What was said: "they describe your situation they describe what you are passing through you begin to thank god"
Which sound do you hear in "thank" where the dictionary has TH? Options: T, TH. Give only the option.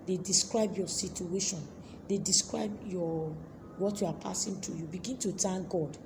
T